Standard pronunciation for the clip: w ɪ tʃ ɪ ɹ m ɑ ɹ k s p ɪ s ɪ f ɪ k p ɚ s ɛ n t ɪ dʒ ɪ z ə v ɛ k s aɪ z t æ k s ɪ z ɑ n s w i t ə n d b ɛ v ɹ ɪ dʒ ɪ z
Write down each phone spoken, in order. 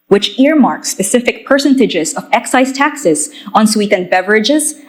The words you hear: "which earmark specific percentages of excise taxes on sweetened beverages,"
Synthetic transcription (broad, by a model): w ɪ tʃ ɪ ɹ m ɑ ɹ k s p ɪ s ɪ f ɪ k p ɚ s ɛ n t ɪ dʒ ɪ z ə v ɛ k s aɪ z t æ k s ɪ z ɑ n s w i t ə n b ɛ v ɹ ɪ dʒ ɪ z